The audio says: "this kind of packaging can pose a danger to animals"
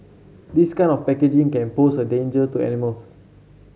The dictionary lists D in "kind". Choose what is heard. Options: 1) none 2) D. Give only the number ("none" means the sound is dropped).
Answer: 1